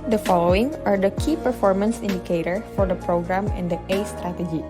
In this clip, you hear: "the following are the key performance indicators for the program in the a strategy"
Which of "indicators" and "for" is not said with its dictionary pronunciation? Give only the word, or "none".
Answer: indicators